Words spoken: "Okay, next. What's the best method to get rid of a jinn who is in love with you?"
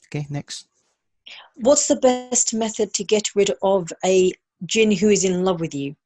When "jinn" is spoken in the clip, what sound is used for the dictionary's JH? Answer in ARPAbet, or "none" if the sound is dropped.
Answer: JH